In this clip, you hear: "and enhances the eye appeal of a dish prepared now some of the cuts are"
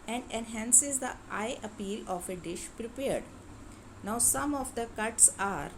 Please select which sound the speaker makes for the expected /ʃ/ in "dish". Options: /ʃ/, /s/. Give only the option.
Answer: /ʃ/